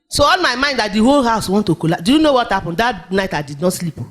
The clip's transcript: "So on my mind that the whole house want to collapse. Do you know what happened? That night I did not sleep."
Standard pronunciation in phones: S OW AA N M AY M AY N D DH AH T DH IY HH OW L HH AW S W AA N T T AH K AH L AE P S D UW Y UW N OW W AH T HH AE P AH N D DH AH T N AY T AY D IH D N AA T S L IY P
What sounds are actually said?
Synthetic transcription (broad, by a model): S OW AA L M AY M AY N D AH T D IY HH OW L HH AW S W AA N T T AH K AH L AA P D UW Y UW N OW W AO T HH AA P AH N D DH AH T N AY T AY D IH D N AA T S L IY P